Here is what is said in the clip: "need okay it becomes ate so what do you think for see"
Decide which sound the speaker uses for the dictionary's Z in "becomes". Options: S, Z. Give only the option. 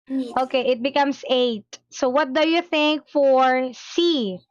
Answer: S